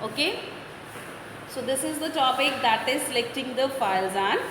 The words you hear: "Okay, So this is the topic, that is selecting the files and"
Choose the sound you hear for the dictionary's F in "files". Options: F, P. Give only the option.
F